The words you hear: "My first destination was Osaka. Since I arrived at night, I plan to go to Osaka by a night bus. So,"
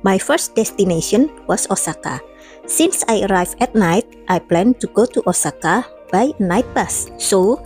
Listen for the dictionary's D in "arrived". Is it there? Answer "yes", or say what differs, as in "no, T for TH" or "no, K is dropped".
no, D is dropped